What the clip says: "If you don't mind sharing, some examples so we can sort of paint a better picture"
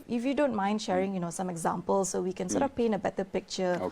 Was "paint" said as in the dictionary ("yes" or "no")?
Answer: no